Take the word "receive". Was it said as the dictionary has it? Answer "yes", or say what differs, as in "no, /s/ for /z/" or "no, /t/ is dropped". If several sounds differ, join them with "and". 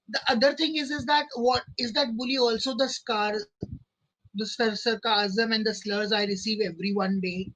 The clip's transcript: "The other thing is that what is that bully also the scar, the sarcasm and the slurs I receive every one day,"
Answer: yes